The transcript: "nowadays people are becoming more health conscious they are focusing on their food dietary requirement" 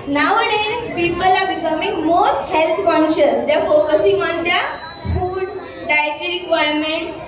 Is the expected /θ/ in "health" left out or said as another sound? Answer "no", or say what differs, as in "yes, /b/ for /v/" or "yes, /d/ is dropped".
yes, /t/ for /θ/